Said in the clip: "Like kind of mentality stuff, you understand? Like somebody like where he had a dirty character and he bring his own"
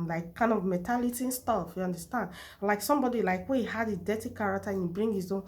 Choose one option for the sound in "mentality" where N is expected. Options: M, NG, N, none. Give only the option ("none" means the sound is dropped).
none